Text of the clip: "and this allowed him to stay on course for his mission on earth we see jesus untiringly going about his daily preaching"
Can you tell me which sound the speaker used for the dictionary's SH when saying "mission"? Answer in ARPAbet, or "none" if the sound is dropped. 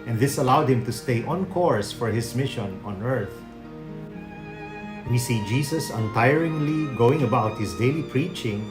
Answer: SH